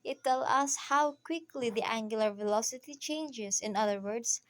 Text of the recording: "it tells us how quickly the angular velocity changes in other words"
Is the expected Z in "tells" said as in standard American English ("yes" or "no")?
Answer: no